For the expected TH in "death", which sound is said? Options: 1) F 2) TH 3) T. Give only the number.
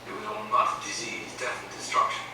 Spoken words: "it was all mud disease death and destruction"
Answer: 1